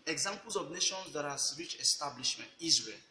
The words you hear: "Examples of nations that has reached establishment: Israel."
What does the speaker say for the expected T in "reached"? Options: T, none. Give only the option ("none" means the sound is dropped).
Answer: none